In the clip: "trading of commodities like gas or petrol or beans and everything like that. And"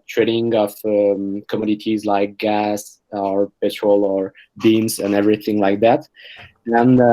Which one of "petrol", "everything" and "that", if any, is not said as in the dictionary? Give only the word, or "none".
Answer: none